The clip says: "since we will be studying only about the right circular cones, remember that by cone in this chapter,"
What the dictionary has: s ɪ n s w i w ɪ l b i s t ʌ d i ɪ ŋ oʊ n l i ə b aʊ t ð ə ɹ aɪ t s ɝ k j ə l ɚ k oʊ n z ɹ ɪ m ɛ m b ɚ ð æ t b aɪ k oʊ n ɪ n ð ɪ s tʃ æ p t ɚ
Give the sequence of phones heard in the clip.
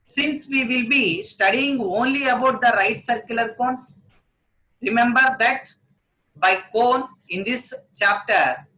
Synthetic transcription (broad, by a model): s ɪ n s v i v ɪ l b i s t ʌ d i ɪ ŋ oʊ n l i ə b aʊ t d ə ɹ aɪ t s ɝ k j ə l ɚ k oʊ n s ɹ ɪ m ɛ m b ɚ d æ t b aɪ k oʊ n ɪ n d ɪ s tʃ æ p t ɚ